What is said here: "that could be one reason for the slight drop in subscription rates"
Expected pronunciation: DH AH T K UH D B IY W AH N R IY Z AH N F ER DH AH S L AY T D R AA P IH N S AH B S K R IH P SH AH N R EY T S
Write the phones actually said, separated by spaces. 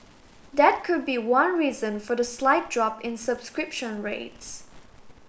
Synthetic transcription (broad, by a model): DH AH T K UH D B IY W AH N R IY Z AH N F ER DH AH S L AY T D R AA P IH N S AH B S K R IH P SH AH N R EY T S